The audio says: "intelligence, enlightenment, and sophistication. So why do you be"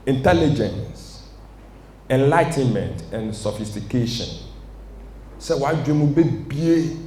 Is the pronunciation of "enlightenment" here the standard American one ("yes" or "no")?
yes